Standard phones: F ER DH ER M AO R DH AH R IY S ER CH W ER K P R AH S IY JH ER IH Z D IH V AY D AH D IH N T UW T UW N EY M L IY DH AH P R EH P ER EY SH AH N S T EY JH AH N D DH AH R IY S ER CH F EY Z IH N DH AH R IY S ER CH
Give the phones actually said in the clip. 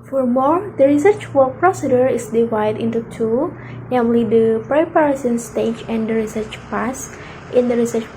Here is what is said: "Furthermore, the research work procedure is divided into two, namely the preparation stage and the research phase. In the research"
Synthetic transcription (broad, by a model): F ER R M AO R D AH R IY S ER CH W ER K P R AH S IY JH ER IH S D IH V AY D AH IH N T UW T UW N EY M L IY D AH P R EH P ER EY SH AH N S T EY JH AH N D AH R IY S ER CH P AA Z IH N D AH R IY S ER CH